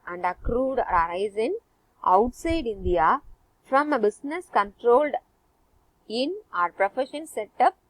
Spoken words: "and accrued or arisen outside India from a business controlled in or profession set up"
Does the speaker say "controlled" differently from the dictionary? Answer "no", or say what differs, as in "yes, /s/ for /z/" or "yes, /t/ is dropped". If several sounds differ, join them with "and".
no